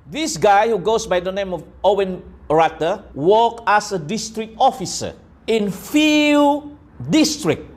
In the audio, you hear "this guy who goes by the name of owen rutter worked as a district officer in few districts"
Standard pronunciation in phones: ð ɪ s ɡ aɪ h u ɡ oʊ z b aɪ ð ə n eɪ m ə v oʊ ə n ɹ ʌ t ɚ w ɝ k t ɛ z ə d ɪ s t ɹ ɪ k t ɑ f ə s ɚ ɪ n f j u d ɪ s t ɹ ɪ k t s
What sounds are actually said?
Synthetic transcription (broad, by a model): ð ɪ s ɡ aɪ h u ɡ oʊ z b aɪ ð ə n eɪ m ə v oʊ ə n ɹ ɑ t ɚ w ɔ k ɛ s ə d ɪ s t ɹ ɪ k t ɑ f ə s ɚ ɪ n f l d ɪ s t ɹ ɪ k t